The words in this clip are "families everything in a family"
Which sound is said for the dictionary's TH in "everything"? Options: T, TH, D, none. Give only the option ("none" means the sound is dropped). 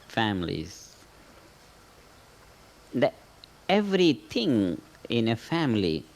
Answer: T